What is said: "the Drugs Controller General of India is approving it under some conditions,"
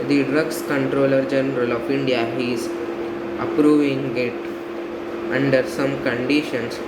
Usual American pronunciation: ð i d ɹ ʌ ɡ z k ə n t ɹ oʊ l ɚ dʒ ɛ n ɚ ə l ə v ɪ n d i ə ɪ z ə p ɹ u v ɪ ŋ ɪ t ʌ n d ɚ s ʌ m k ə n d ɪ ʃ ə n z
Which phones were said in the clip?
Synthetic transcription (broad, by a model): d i d ɹ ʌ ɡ s k ə n t ɹ oʊ l ɚ dʒ ɛ n ɚ ə l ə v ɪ n d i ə ɪ z ə p ɹ u v ɪ ŋ ɪ t ʌ n d ɚ s ʌ m k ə n d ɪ ʃ ə n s